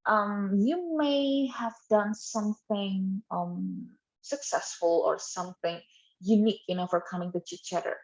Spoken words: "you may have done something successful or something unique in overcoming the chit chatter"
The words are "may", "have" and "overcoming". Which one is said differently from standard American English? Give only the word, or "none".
overcoming